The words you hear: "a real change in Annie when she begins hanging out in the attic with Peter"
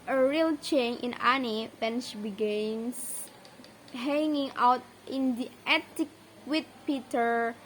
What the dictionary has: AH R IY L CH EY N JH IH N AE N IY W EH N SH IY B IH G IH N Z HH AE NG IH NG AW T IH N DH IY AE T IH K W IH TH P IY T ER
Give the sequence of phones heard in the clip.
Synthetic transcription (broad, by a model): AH R IY L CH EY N IH N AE N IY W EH N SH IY B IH G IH N S HH AE NG IH NG AW T IH N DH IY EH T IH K W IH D P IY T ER